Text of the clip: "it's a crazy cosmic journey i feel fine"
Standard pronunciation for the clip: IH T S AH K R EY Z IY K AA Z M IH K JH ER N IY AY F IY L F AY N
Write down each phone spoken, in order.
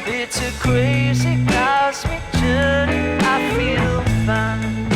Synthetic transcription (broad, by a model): IH T S AH K R EY Z IY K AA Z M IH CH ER IY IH F IY L F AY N